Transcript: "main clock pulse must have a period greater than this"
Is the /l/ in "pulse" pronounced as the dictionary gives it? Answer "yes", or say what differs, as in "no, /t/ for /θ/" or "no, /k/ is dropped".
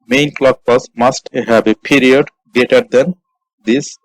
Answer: no, /l/ is dropped